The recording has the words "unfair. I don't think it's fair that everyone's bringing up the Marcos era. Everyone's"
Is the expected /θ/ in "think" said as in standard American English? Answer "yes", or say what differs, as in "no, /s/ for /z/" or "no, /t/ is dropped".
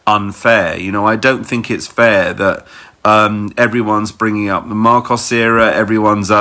yes